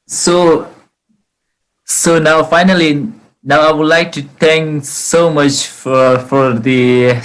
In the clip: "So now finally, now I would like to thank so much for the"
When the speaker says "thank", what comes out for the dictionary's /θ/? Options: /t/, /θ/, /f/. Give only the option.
/t/